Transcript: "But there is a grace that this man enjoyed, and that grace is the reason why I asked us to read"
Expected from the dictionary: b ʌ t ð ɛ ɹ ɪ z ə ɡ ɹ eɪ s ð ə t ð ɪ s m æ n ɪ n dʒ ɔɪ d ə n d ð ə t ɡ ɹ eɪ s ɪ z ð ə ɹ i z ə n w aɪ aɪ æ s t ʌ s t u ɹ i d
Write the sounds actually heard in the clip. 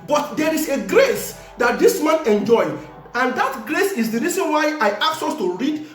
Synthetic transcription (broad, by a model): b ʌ t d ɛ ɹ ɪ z ə ɡ ɹ eɪ s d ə t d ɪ s m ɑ n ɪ n dʒ ɔɪ ə n d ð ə t ɡ ɹ eɪ s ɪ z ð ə ɹ i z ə n w aɪ aɪ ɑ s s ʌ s t u ɹ i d